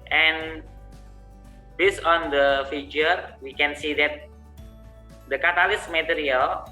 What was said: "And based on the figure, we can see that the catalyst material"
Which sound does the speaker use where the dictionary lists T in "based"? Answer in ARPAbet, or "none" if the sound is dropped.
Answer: none